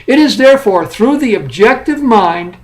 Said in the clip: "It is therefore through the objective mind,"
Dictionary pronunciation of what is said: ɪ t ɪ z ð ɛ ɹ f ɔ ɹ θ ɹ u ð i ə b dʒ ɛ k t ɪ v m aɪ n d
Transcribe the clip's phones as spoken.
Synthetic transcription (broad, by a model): ɪ t ɪ z ð ɛ ɹ f ɔ ɹ θ ɹ u ð i ə b dʒ ɛ k t ɪ v m aɪ n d